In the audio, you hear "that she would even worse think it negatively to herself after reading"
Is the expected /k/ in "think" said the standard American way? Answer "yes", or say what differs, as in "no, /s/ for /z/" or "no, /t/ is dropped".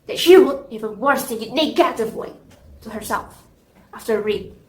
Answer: no, /k/ is dropped